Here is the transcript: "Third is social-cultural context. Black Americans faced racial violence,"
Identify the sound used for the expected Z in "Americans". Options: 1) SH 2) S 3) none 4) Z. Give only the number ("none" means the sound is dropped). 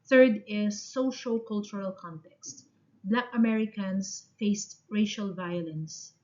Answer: 2